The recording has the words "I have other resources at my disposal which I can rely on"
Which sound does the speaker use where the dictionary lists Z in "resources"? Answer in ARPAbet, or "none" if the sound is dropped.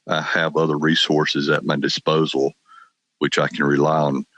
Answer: Z